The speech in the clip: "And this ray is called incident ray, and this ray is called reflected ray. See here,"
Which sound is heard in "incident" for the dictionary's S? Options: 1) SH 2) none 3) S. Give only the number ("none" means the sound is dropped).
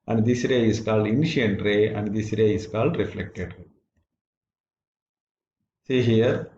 1